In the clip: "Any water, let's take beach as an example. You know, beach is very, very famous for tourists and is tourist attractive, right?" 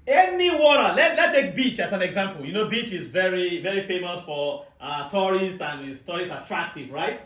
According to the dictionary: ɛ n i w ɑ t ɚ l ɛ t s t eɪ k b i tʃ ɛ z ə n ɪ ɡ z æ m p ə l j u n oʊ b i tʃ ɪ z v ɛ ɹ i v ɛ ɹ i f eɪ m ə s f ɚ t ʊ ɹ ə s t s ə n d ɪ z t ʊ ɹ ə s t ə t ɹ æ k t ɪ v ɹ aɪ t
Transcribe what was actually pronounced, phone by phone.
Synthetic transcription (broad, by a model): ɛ n i w ɑ t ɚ l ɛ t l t eɪ k b i tʃ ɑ s ə n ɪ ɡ z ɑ m p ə l j u n oʊ b i tʃ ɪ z v ɛ ɹ i v ɛ ɹ i f eɪ m ə s f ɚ t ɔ ɹ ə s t ə n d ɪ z t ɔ ɹ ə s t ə t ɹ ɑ k t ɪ v ɹ aɪ t